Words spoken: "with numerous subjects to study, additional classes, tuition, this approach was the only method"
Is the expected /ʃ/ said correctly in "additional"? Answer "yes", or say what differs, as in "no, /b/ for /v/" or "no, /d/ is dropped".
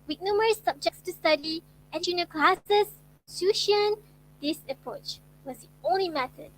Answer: no, /ʃ/ is dropped